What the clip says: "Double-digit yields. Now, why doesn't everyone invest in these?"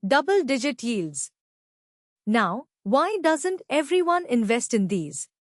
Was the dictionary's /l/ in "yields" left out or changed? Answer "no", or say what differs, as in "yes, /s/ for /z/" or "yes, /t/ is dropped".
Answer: no